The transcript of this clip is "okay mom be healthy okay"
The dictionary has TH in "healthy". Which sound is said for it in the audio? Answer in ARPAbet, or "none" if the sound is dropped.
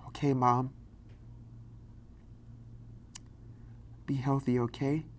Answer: TH